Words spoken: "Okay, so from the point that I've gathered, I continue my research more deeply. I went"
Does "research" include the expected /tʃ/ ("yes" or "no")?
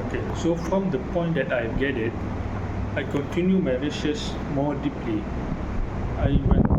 no